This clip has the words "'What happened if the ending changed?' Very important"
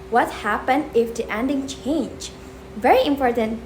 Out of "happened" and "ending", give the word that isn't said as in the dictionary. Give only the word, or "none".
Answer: none